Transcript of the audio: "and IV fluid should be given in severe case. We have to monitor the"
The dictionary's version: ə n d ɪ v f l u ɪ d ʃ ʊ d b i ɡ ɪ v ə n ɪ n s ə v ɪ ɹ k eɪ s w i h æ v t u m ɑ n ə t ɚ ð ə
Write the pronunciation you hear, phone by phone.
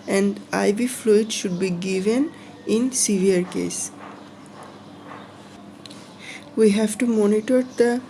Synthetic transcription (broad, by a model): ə n d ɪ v f l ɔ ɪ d ʃ ʊ d b i ɡ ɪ v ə n ɪ n s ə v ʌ ɹ k eɪ s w i h æ v t u m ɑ n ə t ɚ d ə